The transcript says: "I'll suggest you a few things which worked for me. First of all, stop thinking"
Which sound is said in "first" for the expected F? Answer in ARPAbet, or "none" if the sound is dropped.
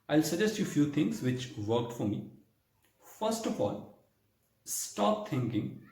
F